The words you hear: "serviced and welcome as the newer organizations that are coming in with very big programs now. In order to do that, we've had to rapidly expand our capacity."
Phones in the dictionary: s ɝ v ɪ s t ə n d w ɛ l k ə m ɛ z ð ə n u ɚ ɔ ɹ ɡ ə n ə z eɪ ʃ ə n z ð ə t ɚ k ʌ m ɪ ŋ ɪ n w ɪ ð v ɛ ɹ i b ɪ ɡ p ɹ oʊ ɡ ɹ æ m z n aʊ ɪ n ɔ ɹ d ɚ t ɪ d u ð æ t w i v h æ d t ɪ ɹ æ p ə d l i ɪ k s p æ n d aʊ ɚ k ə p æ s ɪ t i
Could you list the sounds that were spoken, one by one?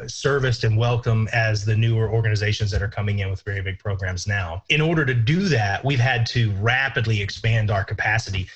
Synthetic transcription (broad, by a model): s ɝ v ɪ s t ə n w ɛ l k ə m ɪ z ð ə n u ɚ ɔ ɹ ɡ ə n ə z eɪ ʃ ə n z ð ə t ɚ k ʌ m ɪ ŋ ɪ n w ɪ ð v ɛ ɹ i b ɪ ɡ p ɹ oʊ ɡ ɹ æ m z n aʊ ɪ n ɔ ɹ d ɚ t ɪ d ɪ ð æ t w i v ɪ d t ɪ ɹ æ p ə d l i ɪ k s p æ n d aʊ ɚ k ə p æ s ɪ t i